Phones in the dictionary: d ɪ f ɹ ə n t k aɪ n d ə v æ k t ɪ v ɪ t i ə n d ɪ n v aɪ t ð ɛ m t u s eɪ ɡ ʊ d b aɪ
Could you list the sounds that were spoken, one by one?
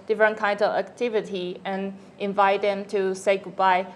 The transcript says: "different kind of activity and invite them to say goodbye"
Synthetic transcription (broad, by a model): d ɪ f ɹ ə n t k aɪ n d ə v æ k t ɪ v ɪ t i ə n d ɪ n v aɪ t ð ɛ m t u s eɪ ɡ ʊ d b aɪ